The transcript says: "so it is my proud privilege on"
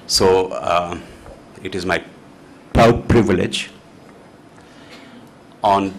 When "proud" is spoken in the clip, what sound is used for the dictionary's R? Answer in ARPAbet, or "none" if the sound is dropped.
none